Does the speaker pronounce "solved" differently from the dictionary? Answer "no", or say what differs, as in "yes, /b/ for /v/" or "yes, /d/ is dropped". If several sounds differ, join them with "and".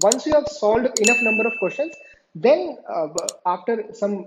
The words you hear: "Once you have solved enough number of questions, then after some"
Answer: yes, /v/ is dropped